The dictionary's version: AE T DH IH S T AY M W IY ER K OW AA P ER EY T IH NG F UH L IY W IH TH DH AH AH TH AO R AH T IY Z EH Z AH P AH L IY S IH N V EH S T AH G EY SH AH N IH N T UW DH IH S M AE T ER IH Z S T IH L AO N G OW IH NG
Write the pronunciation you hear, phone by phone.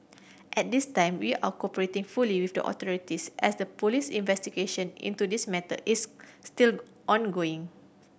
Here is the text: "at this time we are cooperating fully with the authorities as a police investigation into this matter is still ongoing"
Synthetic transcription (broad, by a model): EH T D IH S T AY M W IY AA K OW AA P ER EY T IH NG F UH L IY W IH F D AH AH T AO R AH T IY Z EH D AH P AH L IY S IH N V EH S T AH G EY SH AH N IH N T UW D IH S M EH T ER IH S T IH L AO N G OW IH NG